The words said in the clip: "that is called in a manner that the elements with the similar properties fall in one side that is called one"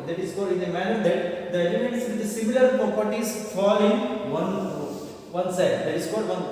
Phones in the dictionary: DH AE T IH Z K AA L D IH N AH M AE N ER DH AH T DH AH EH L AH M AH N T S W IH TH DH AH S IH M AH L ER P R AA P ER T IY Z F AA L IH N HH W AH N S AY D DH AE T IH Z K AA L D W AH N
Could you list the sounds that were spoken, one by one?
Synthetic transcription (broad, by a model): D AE T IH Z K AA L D IH N AH M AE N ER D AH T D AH EH L AH M AH N T S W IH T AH S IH M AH L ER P AA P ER T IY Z F AA L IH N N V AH N S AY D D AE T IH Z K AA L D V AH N